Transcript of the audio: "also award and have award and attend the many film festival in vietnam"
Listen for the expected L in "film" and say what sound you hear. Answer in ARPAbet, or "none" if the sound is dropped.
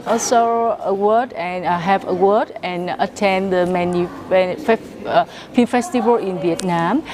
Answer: none